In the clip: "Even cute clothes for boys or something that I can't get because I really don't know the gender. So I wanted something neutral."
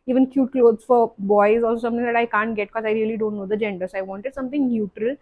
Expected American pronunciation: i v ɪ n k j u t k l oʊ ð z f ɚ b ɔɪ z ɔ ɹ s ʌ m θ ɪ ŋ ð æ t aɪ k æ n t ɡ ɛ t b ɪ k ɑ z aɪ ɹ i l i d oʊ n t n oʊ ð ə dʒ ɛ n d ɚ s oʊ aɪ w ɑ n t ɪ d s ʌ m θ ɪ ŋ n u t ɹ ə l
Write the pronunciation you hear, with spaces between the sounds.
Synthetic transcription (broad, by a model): i v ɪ n k j u t k l oʊ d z f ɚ b ɔɪ z ɔ l s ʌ m t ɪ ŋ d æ t aɪ k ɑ n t ɡ ɛ t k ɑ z aɪ ɹ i l i d oʊ n t n oʊ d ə dʒ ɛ n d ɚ s oʊ aɪ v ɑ n t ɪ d s ʌ m t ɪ ŋ n u t ɹ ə l